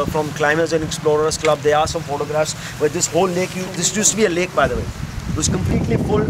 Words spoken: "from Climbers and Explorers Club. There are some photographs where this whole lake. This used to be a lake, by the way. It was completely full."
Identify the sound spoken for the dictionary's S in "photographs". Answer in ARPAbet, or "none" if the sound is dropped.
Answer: S